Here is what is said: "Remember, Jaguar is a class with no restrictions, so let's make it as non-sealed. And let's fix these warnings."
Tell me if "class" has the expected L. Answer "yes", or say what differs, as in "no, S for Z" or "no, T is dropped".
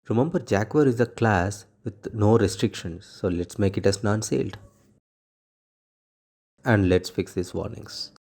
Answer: yes